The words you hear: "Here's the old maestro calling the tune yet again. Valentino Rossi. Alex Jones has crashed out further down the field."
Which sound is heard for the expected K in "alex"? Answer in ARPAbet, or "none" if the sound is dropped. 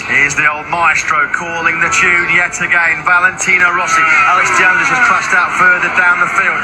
none